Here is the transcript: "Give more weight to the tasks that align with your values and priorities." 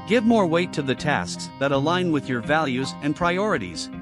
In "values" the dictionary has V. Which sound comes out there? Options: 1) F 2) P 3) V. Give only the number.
3